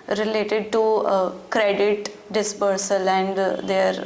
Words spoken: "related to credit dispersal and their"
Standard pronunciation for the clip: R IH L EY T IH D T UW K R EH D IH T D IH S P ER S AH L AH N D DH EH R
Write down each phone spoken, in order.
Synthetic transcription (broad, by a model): R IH L EY T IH D T UW K R EH D IH T D IH S P ER S AH L AH N D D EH R